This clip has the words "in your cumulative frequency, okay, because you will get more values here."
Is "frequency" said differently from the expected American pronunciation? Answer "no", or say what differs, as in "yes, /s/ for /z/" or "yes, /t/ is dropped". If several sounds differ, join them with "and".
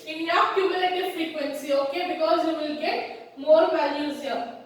no